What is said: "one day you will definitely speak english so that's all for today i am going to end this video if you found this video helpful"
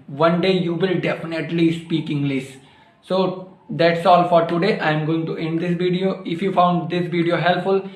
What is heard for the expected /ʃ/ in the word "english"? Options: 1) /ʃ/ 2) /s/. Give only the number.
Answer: 2